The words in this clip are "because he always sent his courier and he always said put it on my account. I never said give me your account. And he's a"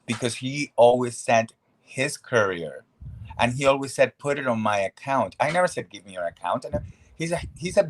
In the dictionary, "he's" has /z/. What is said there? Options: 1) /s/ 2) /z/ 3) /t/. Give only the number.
1